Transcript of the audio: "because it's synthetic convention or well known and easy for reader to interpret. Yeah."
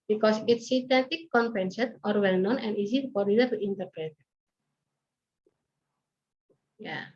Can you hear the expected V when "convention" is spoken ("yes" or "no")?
no